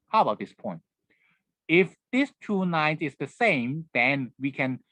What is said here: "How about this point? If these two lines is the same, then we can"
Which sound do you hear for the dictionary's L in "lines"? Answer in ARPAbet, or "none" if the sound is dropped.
N